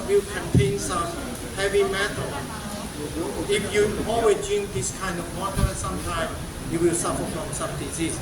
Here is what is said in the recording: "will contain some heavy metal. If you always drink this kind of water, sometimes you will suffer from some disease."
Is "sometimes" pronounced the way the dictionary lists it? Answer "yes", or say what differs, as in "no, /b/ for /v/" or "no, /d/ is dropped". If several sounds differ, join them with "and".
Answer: no, /z/ is dropped